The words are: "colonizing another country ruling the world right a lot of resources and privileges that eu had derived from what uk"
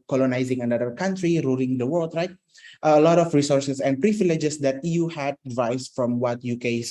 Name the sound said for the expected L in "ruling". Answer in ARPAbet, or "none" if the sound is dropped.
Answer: L